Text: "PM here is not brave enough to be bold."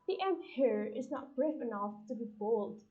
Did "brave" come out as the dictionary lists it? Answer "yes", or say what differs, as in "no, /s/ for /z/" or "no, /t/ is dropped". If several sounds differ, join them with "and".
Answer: no, /f/ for /v/